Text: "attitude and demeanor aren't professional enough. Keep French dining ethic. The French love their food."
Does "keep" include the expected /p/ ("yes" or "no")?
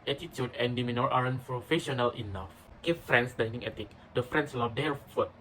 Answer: no